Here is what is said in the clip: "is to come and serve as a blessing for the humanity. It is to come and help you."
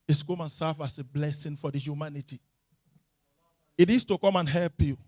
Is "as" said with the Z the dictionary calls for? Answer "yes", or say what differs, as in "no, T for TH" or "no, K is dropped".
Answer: no, S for Z